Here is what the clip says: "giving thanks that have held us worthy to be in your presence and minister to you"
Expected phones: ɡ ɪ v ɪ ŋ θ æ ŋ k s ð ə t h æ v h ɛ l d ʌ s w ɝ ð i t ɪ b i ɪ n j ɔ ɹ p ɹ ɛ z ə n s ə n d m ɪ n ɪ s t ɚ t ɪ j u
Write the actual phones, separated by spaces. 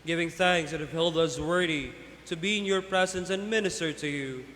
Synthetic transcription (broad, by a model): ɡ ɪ v ɪ ŋ θ æ ŋ k s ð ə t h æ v h ɛ l d ʌ s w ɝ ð i t ɪ b i ɪ n j ɔ ɹ p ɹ ɛ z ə n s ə n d m ɪ n ɪ s t ɚ t ɪ j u